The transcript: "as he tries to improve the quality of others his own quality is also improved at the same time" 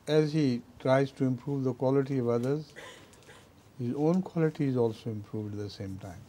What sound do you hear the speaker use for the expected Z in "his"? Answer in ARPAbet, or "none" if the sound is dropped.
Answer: Z